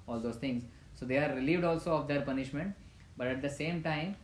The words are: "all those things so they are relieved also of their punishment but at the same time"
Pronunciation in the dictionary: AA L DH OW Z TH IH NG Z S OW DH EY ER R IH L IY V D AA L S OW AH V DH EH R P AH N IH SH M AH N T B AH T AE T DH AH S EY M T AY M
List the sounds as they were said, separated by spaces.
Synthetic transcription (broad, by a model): AA L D OW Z T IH NG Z S OW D EY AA R IH L IY V D AA L S OW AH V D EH R P AH N IH SH M AH N T B AH T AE T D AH S EY M T AY M